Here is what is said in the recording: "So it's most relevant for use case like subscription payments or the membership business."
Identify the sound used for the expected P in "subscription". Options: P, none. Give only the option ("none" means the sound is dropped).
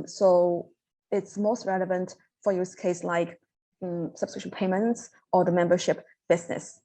none